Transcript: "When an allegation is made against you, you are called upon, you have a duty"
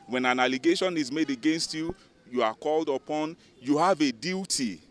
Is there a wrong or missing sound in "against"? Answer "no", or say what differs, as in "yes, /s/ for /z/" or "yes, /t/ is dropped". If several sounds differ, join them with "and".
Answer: no